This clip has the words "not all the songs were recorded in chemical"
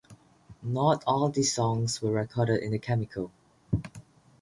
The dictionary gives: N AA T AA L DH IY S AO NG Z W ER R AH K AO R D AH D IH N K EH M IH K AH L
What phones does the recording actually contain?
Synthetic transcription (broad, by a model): N AA T AA L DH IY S AO NG S W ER R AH K AO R D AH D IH N K EH M IH K AH L